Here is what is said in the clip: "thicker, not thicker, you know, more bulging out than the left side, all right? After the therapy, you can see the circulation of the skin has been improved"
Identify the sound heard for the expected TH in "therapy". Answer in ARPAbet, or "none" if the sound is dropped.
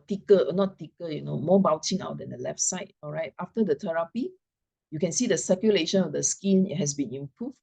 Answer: T